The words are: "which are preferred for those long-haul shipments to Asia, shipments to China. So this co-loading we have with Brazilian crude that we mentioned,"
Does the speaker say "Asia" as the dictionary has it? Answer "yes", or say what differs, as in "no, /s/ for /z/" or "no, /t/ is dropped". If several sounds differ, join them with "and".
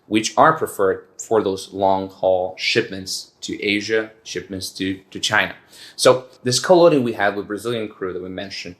yes